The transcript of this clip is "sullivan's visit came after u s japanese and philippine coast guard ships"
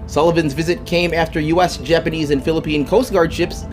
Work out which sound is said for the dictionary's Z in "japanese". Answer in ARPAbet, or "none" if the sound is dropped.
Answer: Z